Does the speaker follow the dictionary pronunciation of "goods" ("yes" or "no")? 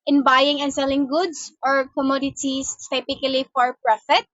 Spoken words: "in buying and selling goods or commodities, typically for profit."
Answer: no